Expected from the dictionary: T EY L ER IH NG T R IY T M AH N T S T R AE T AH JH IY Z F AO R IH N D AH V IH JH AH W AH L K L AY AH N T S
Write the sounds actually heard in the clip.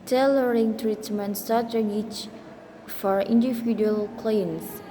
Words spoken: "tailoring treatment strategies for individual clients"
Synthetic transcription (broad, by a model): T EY L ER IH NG T R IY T M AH N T S T AA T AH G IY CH F AO R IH N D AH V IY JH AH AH L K L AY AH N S